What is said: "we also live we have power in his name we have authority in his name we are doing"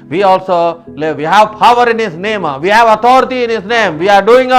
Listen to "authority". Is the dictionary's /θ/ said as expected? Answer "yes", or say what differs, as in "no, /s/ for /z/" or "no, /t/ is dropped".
no, /t/ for /θ/